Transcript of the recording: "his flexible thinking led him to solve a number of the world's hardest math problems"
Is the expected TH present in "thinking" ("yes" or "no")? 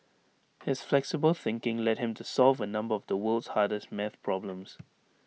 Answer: yes